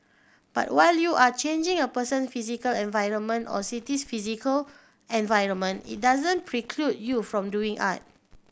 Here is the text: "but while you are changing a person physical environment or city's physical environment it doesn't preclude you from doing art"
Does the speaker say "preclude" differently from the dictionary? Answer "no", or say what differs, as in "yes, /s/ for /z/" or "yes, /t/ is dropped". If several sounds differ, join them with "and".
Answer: no